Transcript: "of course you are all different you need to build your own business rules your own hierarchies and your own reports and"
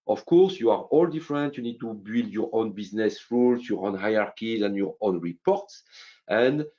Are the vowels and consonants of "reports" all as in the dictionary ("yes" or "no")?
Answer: yes